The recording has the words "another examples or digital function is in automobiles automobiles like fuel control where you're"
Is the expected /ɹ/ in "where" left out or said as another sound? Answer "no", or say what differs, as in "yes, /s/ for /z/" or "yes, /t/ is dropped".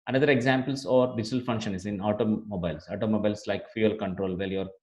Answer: yes, /l/ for /ɹ/